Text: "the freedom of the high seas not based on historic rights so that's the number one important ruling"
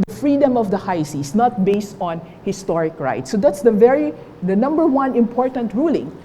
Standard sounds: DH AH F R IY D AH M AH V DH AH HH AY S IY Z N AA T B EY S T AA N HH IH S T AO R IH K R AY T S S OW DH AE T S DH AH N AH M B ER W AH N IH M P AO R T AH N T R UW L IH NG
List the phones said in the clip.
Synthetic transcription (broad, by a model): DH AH F R IY D AH M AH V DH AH HH AY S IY S N AA T B EY S T AA N HH IH S T AO R IH K R AY T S S OW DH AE T S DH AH N AH M B ER W AH N IH M P AO R T AH N T R UW L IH NG